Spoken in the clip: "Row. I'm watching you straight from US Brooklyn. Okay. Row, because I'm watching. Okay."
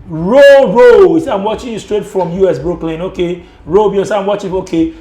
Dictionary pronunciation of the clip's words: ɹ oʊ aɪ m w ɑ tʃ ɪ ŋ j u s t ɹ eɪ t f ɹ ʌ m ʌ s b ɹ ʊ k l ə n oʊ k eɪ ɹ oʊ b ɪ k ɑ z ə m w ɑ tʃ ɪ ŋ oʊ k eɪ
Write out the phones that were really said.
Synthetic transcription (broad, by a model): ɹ oʊ aɪ m w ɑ tʃ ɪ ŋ j u s t ɹ eɪ t f ɹ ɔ m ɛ s b ɹ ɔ k l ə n oʊ k eɪ ɹ oʊ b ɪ ɑ s ə m w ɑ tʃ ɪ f oʊ k eɪ